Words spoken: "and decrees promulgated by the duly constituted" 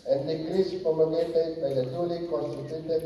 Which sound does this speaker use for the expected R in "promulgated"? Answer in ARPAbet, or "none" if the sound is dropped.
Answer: none